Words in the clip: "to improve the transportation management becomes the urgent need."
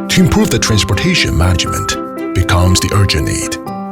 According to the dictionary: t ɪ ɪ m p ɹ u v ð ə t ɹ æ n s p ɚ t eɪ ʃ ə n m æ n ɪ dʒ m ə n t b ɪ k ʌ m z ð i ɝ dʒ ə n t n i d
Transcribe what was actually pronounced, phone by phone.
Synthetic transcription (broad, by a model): t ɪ ɪ m p ɹ u v ð ə t ɹ æ n s p ɚ t eɪ ʃ ə n m æ n ɪ dʒ m ə n t b ɪ k ʌ m z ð i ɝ dʒ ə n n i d